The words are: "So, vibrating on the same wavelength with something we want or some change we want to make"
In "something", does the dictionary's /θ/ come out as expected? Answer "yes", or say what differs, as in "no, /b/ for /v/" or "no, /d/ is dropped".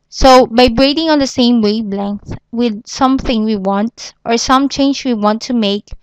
yes